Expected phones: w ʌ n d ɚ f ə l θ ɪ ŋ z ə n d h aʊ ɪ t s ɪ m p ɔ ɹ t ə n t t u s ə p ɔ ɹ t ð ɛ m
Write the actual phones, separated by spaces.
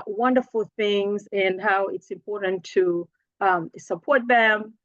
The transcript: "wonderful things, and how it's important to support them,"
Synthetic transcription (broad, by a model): w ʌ n d ɚ f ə l θ ɪ ŋ z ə n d h aʊ ɪ t s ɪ m p ɔ ɹ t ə n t t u s ə p ɔ ɹ t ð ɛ m